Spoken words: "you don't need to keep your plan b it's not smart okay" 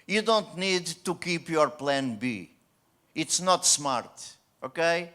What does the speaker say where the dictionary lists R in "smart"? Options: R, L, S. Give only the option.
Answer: R